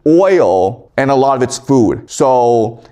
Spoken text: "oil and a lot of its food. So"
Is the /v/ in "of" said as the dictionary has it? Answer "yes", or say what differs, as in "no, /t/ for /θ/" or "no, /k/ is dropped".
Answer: yes